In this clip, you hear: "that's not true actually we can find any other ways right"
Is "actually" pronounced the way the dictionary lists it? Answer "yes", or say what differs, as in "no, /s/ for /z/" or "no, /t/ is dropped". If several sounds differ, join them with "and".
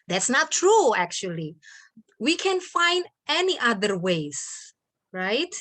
yes